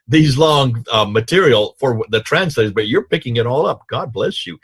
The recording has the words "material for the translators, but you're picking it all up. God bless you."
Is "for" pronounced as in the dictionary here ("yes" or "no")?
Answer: yes